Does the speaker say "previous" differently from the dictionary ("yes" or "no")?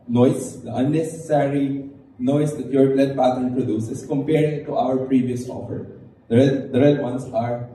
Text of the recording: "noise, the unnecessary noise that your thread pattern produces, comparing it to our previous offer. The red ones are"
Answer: no